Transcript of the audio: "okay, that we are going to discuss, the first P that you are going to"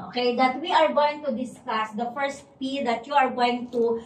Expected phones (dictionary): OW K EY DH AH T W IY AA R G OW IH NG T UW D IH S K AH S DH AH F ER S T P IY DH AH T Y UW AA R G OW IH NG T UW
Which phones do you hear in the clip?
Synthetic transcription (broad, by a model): OW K EY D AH T W IY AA R G OW IH NG T UW D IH S K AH S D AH F ER S T P IY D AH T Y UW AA R G OW IH NG T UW